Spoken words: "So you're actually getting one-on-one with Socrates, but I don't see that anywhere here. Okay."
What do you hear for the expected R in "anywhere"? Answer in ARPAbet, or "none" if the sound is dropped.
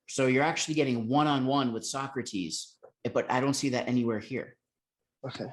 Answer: R